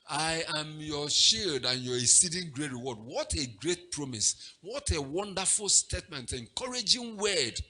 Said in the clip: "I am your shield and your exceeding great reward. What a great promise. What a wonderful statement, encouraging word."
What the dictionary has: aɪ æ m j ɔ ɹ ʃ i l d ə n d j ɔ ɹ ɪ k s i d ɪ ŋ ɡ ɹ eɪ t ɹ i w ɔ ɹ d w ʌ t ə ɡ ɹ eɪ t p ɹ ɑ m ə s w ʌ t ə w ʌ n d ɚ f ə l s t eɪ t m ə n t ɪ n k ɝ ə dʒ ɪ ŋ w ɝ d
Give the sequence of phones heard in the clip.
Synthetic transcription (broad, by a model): aɪ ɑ m j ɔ ʃ i l d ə n j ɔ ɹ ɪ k s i d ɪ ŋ ɡ ɹ eɪ t ɹ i w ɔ d w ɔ t ə ɡ ɹ eɪ t p ɹ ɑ m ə s w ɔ t ə w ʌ n d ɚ f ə l s t eɪ t m ə n t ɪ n k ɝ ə dʒ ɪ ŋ w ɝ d